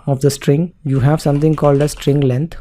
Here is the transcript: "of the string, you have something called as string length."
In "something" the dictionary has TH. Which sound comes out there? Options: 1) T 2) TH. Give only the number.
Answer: 1